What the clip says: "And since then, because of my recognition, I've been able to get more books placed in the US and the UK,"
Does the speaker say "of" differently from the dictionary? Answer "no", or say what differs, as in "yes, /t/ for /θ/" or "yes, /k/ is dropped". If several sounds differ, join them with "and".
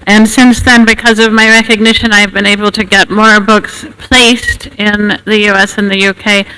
no